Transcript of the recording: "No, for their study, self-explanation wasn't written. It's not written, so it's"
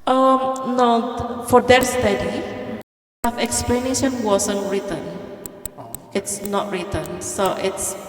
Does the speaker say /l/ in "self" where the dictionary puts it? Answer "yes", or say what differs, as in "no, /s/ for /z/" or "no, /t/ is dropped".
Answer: no, /l/ is dropped